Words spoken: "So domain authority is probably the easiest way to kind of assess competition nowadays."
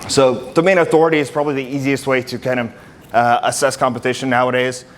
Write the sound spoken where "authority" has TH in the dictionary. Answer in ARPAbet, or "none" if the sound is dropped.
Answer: TH